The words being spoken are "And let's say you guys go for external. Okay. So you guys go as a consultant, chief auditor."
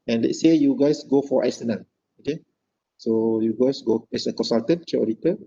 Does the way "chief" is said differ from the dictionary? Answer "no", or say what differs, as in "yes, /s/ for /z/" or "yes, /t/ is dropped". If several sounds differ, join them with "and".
yes, /f/ is dropped